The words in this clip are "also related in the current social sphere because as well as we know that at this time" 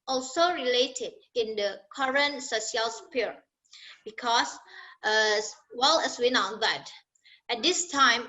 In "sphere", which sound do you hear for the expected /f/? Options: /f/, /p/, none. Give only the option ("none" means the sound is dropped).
/p/